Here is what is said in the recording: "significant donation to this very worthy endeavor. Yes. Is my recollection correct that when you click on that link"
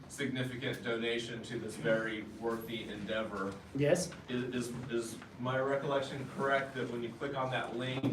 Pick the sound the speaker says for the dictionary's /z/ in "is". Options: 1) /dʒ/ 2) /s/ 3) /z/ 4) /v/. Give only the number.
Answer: 3